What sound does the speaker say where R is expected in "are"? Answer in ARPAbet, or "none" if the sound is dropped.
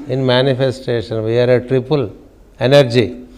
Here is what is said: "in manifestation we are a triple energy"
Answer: R